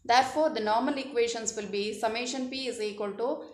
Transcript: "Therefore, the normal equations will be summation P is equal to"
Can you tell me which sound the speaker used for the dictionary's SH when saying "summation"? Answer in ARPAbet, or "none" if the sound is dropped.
SH